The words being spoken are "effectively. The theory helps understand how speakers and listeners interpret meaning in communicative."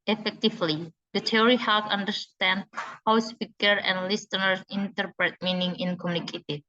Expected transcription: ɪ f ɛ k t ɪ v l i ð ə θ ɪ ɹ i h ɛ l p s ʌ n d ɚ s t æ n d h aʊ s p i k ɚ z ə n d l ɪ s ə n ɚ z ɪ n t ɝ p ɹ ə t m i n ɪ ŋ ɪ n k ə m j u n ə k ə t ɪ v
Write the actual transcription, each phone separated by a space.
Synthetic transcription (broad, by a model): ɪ f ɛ k t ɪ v l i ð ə t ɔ ɹ i h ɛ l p ʌ n d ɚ s t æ n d h aʊ s p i k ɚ ə n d l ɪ s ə n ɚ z ɪ n t ɝ p ɹ ə t m i n ɪ ŋ ɪ n k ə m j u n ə k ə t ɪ